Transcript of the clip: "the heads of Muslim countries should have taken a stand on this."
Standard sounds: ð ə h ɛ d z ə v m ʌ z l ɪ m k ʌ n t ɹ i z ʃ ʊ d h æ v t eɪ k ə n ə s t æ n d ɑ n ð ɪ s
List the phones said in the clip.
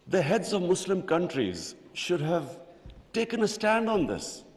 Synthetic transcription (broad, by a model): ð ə h ɛ d z ə v m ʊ s l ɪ m k ʌ n t ɹ i z ʃ ʊ d h æ v t eɪ k ə n ə s t æ n d ɑ n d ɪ s